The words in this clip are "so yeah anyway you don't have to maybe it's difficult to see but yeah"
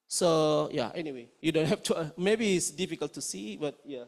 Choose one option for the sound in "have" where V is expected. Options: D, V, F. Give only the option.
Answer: F